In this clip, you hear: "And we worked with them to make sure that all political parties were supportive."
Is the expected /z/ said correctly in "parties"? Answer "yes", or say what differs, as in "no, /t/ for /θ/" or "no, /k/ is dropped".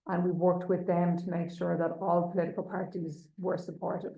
yes